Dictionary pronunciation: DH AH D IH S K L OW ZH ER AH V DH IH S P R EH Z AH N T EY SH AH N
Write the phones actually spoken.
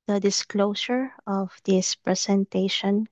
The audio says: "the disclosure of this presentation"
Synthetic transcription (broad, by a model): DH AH D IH S K L OW S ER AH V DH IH S P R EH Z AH N T EY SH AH N